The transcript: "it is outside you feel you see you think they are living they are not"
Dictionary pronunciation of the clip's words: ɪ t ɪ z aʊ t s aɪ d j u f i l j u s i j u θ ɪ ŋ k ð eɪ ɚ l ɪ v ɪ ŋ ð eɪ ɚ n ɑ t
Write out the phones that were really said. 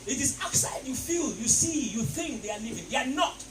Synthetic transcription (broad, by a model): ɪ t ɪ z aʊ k s aɪ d j u f i l j u s i j u θ ɪ ŋ k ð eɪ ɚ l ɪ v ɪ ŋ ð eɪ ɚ n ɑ t